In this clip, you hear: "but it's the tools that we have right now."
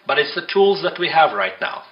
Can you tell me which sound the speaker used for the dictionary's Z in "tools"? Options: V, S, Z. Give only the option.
Z